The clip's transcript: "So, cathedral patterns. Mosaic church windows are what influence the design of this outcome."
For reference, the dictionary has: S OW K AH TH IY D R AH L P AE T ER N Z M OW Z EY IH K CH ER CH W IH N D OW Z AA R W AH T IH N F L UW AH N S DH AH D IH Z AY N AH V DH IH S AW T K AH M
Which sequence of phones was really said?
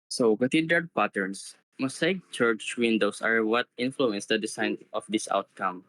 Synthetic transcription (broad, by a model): S OW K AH T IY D AH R P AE T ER N S M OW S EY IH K CH ER CH W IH N D OW S AA R W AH T IH N F L UW AH N S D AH D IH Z AY N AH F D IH S AW T K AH M